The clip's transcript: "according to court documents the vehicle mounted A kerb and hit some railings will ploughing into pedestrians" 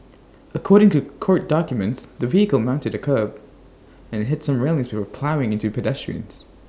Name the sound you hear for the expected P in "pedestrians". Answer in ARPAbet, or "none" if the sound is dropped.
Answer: P